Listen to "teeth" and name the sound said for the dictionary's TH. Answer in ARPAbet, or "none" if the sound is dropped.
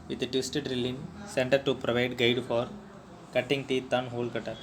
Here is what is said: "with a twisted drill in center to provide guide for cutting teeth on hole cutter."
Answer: T